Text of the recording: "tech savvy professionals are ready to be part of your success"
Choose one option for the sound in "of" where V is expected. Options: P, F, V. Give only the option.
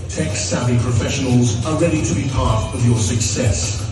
V